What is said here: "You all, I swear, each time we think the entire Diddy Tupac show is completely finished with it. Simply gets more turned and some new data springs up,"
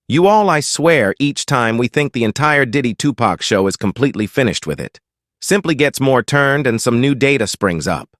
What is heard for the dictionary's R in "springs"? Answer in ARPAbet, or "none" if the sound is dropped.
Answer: R